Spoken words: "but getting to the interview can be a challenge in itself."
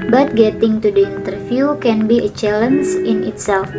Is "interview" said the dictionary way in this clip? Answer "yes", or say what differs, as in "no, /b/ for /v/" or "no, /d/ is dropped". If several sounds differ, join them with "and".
no, /f/ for /v/